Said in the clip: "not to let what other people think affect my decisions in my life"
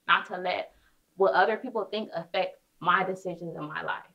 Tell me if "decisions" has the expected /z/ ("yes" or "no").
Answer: yes